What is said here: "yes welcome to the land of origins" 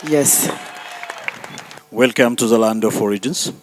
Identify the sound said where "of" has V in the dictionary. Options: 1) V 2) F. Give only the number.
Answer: 2